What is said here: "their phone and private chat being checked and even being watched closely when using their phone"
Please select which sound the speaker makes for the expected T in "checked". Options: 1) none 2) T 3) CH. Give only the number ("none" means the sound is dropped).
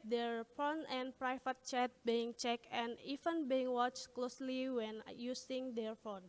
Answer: 1